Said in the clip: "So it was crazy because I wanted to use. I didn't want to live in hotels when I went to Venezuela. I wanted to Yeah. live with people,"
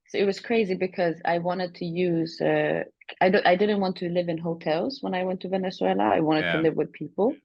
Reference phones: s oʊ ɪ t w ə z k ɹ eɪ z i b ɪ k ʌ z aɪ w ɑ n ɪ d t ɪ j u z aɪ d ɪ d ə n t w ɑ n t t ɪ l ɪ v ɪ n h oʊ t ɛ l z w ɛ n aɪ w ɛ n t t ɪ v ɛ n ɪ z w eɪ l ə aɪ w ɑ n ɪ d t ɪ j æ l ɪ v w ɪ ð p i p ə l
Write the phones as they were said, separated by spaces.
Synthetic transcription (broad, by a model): s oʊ ɪ t w ə z k ɹ eɪ z i b ɪ k ʌ z aɪ w ɑ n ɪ d t ɪ j u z aɪ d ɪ d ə n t w ɑ n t t ɪ l ɪ v ɪ n h oʊ t ɛ l z w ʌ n aɪ w ɛ n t t ɪ v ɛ n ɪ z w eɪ l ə aɪ w ɑ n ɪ d t ɪ l ɪ v w ɪ ð p i p l